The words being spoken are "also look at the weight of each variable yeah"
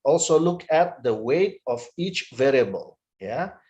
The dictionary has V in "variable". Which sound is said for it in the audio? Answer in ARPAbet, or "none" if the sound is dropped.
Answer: V